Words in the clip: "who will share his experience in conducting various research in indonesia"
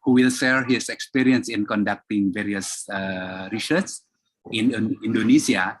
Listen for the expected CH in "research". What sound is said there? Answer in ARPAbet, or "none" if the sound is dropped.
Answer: S